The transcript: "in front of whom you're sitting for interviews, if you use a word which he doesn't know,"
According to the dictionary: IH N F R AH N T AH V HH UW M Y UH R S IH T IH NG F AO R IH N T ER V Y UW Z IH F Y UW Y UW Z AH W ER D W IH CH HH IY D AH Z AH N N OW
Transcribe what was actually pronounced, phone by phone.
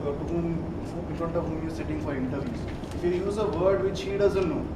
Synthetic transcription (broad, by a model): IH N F R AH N T AH V HH UW M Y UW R S IH T IH NG F AO R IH N T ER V Y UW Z IH F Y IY Y UW Z AH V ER D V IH CH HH IY D AH Z AH N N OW